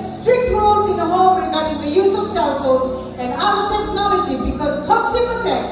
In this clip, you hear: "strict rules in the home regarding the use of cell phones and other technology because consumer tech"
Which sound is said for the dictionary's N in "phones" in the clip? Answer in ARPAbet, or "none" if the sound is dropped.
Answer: none